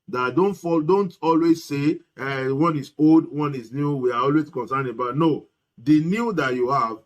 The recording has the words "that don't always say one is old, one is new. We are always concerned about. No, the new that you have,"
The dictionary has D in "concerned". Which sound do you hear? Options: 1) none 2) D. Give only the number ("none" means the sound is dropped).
1